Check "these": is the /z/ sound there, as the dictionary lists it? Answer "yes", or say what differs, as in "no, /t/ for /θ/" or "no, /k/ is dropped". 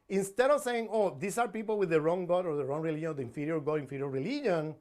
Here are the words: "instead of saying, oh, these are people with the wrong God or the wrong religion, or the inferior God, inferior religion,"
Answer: no, /s/ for /z/